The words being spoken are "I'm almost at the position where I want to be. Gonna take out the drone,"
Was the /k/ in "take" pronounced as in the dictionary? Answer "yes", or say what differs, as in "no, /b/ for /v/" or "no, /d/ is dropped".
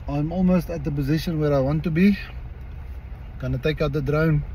yes